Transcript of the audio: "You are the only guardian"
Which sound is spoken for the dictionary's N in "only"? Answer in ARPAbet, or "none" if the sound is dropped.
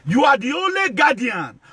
N